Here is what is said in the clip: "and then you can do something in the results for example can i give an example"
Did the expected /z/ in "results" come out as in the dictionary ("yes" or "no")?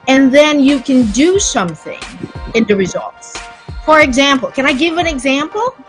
yes